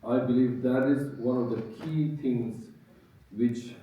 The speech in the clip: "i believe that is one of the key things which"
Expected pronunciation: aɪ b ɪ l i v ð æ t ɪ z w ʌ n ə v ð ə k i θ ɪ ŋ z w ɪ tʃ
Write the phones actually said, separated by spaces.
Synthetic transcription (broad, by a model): aɪ b ɪ l i v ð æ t ɪ z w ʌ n ə v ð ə k i t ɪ ŋ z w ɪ tʃ